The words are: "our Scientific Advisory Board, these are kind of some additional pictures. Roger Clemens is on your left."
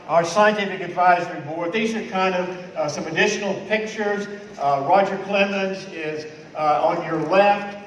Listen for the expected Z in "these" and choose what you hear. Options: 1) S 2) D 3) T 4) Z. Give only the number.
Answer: 4